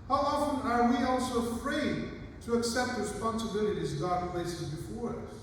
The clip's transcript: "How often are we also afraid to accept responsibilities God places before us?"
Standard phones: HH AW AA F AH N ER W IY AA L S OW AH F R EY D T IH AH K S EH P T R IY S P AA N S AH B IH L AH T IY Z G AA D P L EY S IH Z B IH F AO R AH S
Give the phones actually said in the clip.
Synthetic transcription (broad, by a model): HH AW AA F AH N ER W IY AA L S OW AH F R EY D T IH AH K S EH P T R IY S P AA N S AH B IH L AH T IY Z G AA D P L EY S IH Z B IH F AO R